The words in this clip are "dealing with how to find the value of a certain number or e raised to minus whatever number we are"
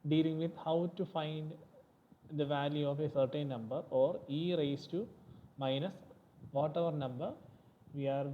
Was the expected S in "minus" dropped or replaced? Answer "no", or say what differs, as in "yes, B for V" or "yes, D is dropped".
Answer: no